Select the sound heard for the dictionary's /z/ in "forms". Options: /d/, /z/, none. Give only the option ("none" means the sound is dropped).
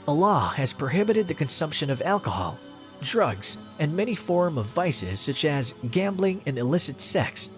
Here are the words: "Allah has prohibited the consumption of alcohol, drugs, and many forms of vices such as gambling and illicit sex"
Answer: none